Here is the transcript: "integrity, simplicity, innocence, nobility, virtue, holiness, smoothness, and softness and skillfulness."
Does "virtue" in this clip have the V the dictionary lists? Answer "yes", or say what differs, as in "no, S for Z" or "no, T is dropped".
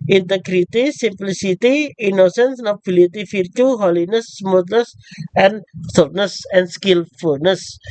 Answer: no, F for V